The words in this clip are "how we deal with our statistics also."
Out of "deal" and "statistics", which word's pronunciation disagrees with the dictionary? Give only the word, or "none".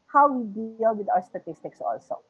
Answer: none